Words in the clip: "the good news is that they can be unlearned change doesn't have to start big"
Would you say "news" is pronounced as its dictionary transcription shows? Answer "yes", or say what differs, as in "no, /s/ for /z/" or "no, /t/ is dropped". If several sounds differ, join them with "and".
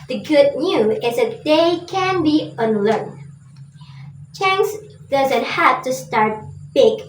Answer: no, /z/ is dropped